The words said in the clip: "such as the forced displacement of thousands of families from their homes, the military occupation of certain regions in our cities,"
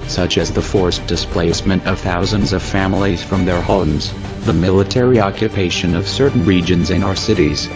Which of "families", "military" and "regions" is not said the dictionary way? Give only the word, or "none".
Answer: none